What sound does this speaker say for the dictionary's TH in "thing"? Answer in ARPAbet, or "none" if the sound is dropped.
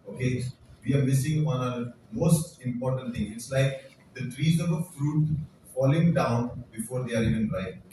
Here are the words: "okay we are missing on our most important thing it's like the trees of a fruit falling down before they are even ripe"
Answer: T